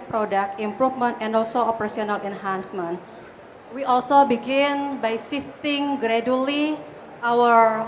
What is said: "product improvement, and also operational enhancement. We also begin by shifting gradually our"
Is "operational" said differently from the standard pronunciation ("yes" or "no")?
yes